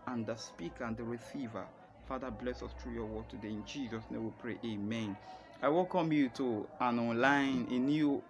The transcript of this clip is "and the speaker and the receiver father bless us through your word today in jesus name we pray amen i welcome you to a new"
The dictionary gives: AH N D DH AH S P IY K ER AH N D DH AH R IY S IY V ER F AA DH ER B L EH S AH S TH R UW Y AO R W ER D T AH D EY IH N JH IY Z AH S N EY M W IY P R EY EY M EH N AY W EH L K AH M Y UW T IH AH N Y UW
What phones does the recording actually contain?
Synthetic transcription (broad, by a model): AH N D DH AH S P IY K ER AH N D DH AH R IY S IY V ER F AA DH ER B L EH S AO S T R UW Y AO W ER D T AH D EY IH N JH IY Z AH S N EY M W IY P R EY EY M EH N AY W EH L K AH M Y UW T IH AH N Y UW